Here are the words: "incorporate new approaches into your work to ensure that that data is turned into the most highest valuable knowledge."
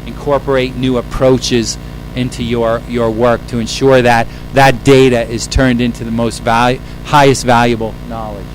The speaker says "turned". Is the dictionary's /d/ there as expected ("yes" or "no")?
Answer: yes